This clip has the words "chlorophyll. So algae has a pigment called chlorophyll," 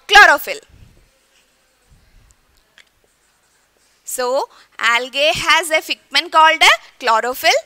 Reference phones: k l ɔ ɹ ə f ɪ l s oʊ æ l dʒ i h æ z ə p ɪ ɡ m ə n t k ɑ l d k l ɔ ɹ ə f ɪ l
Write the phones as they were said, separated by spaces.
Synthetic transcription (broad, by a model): k l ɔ ɹ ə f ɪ l s oʊ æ l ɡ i h æ z ə f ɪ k m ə n k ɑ l d k l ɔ ɹ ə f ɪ l